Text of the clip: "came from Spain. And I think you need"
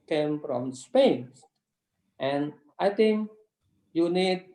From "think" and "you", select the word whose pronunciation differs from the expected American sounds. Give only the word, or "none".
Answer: think